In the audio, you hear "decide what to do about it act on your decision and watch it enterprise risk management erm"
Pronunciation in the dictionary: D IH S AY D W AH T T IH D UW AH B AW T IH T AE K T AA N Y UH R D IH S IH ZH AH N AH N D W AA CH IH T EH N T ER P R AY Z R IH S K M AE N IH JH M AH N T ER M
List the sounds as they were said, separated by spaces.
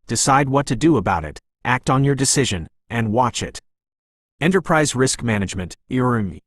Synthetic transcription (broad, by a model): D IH S AY D W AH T T IH D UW AH B AW T IH T AE K T N Y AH R D IH S IH ZH AH N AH N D W AA CH IH T EH N T ER P R AY Z R IH S K M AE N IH JH M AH N T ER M